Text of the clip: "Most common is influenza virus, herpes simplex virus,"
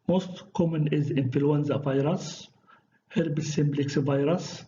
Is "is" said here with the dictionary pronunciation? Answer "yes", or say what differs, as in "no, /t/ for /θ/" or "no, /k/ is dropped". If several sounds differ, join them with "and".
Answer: yes